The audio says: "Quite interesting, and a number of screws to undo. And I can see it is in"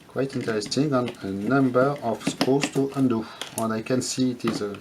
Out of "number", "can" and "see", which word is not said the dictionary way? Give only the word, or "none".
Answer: none